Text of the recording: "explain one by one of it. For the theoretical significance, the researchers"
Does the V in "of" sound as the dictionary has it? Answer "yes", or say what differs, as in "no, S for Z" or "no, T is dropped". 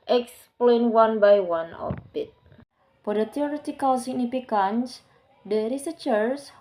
no, B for V